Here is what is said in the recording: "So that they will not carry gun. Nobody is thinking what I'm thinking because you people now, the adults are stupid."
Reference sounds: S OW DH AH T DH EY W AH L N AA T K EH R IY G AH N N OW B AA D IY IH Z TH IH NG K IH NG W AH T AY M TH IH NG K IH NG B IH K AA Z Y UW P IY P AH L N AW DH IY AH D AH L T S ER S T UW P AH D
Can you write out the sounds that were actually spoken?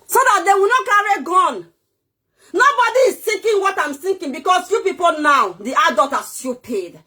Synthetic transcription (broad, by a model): S OW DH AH T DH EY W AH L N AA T K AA R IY G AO N N OW B AA D IY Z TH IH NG K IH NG W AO T AY M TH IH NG K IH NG B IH K AA S Y UW P IY P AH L N AW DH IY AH D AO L T AA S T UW P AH D